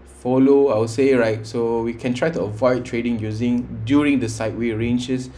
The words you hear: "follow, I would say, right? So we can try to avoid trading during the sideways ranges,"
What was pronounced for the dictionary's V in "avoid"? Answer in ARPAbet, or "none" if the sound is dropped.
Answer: V